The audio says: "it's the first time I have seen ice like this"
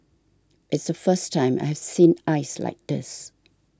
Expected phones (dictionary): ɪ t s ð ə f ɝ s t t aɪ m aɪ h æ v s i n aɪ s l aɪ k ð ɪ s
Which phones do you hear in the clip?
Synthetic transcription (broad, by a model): ɪ t s ð ə f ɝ s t t aɪ m aɪ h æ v s i n aɪ s l aɪ k ð ɪ s